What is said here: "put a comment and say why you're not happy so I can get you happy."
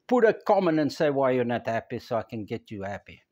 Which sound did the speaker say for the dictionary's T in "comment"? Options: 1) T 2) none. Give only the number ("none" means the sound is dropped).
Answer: 2